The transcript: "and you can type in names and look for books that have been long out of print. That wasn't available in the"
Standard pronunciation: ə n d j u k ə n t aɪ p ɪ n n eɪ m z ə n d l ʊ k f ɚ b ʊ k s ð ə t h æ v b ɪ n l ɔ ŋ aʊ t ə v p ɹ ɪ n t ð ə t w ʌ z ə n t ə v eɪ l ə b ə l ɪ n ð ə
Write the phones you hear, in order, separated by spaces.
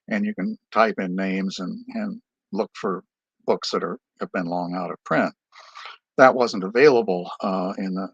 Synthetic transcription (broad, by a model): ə n j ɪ k ə n t aɪ p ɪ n n eɪ m z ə n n l ʊ k f ɚ b ʊ k s ð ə t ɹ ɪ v b ɪ n l ɔ ŋ aʊ t ə v p ɹ ɪ n t ð ə t w ʌ z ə n t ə v eɪ l ə b l ɪ n ð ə